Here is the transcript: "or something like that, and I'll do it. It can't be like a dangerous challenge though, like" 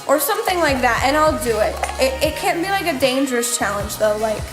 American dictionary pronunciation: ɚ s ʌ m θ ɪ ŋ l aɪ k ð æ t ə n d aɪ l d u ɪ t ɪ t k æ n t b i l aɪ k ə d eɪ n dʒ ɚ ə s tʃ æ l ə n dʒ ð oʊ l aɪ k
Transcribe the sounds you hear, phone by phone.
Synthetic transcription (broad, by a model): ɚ s ʌ m θ ɪ ŋ l aɪ k ð æ t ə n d aɪ l d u ɪ t ɪ t k æ n b i l aɪ k ə d eɪ n dʒ ɚ ə s tʃ æ l ə n dʒ ð oʊ l aɪ k